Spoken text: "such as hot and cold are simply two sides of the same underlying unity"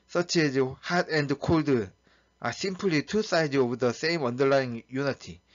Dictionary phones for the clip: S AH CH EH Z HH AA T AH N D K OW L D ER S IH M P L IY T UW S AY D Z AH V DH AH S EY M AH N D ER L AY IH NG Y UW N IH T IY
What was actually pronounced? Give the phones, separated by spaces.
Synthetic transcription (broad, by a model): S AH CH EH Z HH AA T AH N D K OW L D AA S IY M P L IY T UW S AY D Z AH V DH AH S EY M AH N D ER L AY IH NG Y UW N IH T IY